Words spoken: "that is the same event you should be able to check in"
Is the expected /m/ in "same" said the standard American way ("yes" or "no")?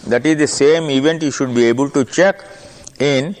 yes